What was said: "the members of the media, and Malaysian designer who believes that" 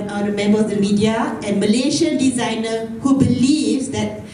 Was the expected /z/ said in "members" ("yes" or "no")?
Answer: no